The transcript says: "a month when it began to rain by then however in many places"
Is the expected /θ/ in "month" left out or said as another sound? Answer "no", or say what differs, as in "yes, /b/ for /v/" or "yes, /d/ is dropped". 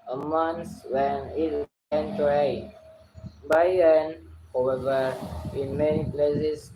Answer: yes, /s/ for /θ/